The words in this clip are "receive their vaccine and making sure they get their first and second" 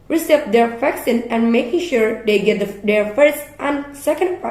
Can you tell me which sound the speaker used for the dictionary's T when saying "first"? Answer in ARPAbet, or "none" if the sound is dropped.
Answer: T